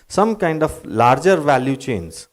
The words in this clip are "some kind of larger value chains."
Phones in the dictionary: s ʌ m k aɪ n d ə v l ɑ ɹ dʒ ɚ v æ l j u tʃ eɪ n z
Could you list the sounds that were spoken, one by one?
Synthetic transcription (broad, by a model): s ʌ m k aɪ n d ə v l ɑ ɹ dʒ ɚ v æ l j u tʃ eɪ n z